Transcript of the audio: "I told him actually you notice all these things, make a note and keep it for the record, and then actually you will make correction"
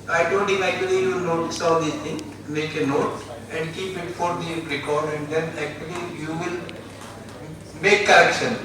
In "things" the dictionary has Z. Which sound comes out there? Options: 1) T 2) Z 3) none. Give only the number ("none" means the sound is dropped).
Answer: 3